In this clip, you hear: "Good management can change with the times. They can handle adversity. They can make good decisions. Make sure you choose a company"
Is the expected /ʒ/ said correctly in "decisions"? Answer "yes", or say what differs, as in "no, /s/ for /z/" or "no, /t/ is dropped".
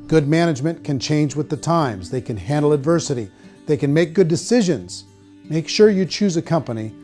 yes